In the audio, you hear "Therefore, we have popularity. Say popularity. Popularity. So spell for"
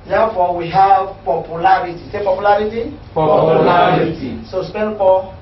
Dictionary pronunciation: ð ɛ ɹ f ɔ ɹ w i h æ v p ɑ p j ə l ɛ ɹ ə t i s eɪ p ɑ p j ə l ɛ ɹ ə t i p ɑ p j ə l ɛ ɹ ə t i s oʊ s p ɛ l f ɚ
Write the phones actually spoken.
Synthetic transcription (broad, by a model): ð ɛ f ɔ w i h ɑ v p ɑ p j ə l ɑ ɹ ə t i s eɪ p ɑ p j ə l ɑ ɹ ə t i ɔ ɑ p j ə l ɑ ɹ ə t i s oʊ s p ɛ n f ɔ